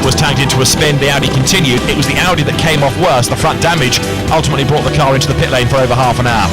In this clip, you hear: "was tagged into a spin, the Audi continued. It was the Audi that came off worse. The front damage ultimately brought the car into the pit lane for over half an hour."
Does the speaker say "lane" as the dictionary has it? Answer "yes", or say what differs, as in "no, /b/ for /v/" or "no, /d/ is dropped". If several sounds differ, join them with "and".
yes